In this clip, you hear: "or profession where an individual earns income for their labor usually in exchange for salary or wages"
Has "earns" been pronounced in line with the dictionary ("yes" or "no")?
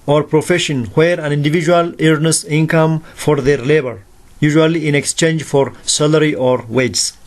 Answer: no